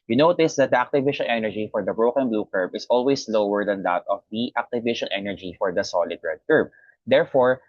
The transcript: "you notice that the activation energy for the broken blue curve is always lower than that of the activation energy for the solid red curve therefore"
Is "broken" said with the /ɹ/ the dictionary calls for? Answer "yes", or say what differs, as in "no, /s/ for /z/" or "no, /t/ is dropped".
yes